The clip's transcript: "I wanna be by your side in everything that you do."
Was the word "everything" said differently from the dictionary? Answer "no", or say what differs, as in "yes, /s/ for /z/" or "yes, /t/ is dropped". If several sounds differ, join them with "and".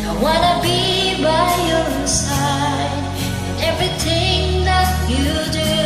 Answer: no